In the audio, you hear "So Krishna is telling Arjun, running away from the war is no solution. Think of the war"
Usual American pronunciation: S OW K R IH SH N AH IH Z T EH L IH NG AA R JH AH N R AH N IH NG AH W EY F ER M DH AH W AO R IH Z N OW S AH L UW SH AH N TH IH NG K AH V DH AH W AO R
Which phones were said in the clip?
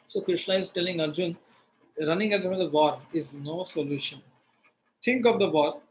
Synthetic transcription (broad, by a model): S OW K R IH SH N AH IH Z T EH L IH NG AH R JH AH N R AH N IH NG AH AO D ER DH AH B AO R IH Z N OW S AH L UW SH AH N T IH NG K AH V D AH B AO R